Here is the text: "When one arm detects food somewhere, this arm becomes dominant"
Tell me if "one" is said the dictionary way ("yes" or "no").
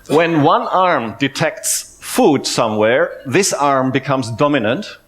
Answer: yes